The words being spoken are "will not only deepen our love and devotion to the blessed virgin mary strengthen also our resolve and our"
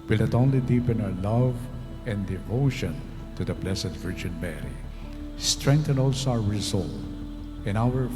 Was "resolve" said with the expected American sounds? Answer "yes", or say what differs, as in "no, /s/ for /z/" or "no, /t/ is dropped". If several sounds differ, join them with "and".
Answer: no, /v/ is dropped